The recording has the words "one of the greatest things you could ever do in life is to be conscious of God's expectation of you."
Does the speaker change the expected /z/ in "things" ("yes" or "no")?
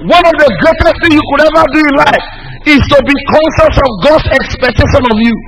yes